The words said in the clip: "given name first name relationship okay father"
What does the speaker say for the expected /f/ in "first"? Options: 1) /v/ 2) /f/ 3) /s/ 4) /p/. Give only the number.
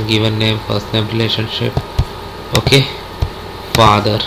4